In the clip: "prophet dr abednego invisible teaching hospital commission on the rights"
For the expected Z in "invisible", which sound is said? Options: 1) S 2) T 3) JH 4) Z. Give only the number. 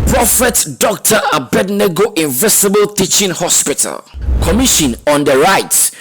1